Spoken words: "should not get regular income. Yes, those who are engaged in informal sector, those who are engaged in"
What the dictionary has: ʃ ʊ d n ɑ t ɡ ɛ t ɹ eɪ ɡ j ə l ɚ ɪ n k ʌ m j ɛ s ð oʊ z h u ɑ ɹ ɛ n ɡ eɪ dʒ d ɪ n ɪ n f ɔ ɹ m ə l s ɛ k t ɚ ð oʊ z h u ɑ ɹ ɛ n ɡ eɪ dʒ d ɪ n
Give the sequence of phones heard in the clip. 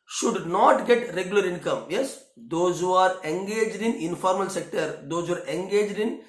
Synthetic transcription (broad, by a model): ʃ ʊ d n ɑ t ɡ ɛ t ɹ eɪ ɡ j ə l ɚ ɪ n k ʌ m j ɛ s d oʊ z h u ɑ ɹ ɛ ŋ ɡ eɪ dʒ d ɪ n ɪ n f ɔ ɹ m ə l s ɛ k t ɚ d oʊ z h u ɑ ɹ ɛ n ɡ eɪ dʒ d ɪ n